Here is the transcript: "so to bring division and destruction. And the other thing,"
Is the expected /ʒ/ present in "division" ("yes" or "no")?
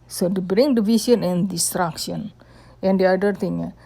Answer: no